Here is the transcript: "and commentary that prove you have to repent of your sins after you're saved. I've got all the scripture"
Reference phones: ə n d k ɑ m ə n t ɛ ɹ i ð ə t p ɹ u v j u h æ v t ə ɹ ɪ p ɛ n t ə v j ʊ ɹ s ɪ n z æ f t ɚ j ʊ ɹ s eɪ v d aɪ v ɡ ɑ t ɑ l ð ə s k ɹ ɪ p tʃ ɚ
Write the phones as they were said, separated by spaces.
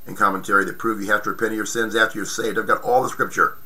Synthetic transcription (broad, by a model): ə n k ɑ m ə n t ɛ ɹ i ð ə t p ɹ u v j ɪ h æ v t ə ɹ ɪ p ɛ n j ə ɹ s ɪ n z æ f t ɚ j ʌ ɹ s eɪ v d aɪ v ɡ ɑ t ɑ l ð ə s k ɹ ɪ p tʃ ɚ